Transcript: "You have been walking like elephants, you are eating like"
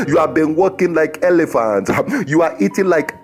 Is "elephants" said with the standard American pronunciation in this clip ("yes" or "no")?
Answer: no